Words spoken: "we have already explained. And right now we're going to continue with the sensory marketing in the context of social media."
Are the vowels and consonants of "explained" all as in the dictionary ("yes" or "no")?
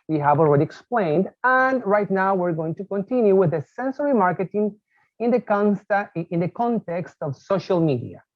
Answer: yes